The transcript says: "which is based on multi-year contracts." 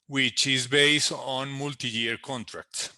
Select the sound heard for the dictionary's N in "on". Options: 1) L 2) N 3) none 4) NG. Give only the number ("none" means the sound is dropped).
2